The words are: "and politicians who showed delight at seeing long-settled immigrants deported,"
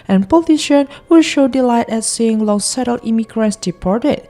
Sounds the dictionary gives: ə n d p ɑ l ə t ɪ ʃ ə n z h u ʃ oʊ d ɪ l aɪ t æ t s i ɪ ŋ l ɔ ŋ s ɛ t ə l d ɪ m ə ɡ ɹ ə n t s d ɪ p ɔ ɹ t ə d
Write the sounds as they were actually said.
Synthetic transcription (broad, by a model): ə n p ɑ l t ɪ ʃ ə n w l ʃ oʊ d ɪ l aɪ t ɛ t s i ɪ ŋ l ɔ ŋ s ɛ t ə l ɪ m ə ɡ ɹ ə n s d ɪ p ɔ ɹ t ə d